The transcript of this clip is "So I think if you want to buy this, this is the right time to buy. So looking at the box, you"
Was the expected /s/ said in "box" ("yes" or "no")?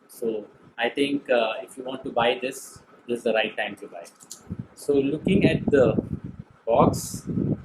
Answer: yes